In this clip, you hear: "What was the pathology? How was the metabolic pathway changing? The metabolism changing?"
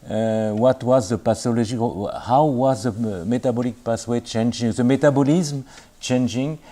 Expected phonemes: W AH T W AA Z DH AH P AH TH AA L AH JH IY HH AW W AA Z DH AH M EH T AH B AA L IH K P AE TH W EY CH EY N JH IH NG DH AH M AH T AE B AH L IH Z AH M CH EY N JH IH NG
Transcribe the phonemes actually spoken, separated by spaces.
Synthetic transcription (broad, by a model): W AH T W AA Z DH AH P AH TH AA L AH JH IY HH AW W AA Z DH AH M EH T AH B AA L IH K P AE S W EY CH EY N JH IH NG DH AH M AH T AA B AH L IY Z M CH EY N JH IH NG